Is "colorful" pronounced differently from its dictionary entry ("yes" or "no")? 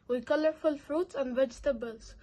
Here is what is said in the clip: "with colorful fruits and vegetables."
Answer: no